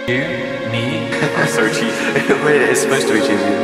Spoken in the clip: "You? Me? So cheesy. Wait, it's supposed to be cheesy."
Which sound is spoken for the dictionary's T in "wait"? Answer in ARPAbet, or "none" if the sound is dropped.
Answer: none